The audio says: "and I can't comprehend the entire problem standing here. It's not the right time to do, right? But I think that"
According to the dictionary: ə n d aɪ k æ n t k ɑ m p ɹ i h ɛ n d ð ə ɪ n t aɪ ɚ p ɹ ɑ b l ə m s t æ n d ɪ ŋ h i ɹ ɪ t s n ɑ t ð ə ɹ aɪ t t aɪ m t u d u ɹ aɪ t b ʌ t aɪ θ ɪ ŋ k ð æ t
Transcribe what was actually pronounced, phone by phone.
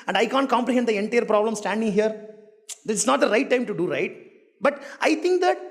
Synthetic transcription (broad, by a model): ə n d aɪ k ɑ n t k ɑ m p ɹ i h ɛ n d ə ɪ n t aɪ ɚ p ɹ ɑ b l ə m s t æ n d ɪ ŋ h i ɹ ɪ s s n ɑ t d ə ɹ aɪ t t aɪ m t u d u ɹ aɪ t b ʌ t aɪ t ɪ ŋ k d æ t